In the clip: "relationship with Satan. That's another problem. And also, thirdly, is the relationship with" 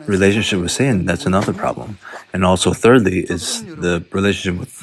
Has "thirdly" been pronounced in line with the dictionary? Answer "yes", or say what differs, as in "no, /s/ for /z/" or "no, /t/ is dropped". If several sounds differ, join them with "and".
yes